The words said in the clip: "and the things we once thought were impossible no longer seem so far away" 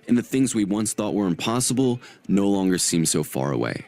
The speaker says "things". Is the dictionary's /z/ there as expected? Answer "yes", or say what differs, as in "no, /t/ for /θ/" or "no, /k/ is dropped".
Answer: yes